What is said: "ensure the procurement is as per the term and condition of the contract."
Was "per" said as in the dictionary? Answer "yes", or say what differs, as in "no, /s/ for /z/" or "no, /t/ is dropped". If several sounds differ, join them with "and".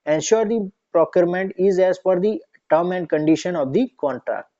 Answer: no, /f/ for /p/